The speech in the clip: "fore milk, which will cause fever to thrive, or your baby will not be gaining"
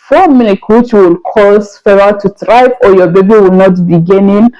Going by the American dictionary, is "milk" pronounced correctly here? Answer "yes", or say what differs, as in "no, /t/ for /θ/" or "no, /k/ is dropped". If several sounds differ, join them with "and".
no, /n/ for /l/